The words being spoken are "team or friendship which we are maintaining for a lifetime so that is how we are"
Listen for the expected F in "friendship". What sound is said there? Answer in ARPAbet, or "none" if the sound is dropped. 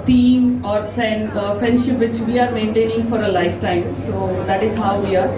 F